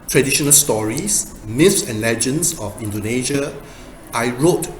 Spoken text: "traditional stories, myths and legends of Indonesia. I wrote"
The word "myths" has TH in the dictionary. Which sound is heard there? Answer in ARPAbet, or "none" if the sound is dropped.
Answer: F